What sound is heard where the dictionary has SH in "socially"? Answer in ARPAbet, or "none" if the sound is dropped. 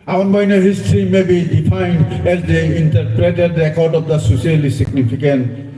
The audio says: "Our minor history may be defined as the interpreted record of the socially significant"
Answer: S